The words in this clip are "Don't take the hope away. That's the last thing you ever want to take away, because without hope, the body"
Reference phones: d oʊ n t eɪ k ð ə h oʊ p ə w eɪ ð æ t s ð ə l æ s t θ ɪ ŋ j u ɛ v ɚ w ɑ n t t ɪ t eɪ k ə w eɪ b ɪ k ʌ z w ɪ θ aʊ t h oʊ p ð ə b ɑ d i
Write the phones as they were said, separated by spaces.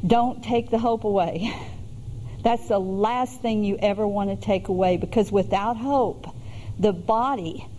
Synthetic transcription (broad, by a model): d oʊ n t eɪ k ð ə h oʊ p ə w eɪ ð æ t s ð ə l æ s t θ ɪ ŋ j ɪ ɛ v ɚ w ɑ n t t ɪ t eɪ k ə w eɪ b ɪ k ʌ z w ɪ θ aʊ t h oʊ p ð ə b ɑ d i